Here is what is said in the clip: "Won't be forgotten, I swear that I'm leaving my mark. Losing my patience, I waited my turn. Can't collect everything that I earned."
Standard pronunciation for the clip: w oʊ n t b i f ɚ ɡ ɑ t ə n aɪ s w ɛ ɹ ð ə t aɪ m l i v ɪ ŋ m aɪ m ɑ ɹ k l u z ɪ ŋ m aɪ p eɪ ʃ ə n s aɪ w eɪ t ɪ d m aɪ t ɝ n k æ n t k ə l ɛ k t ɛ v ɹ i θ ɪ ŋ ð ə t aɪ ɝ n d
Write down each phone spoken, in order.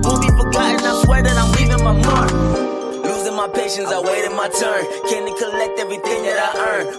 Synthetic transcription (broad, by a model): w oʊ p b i p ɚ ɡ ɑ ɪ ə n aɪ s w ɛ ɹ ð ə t aɪ m l i v ɪ ŋ m aɪ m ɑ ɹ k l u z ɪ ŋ m aɪ p eɪ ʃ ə n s aɪ w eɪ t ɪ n m aɪ t ɝ n k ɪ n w k ə l ɛ k t ɛ v ɹ i θ ɪ ŋ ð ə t aɪ ɝ n